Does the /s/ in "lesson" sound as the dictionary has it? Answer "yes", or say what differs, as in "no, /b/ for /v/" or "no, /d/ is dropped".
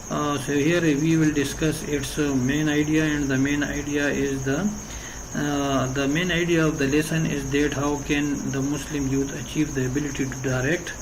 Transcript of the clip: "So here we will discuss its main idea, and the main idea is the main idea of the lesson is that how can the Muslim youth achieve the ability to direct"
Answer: yes